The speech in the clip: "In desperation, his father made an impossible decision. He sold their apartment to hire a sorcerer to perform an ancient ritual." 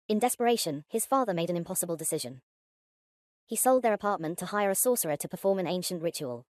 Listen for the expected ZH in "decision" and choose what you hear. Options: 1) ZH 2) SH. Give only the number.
1